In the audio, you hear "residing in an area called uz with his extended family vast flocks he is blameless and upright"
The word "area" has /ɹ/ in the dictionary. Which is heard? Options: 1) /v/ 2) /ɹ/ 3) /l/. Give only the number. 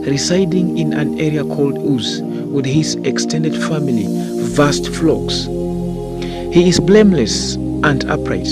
2